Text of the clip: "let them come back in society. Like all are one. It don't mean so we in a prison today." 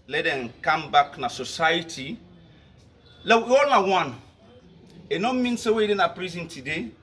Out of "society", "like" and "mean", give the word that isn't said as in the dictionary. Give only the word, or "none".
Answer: like